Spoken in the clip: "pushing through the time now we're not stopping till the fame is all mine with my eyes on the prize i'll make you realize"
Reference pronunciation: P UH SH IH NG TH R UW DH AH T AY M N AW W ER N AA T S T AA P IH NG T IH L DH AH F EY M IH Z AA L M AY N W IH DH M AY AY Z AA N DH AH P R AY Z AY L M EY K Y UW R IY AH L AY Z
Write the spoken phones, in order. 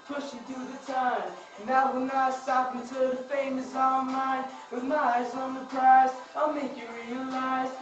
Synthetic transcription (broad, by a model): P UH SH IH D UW DH AH T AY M N AW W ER N AA T S T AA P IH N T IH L DH AH F EY M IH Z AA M AY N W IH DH M AY AY Z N DH AH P AY S AY L M EY K Y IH R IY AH L AY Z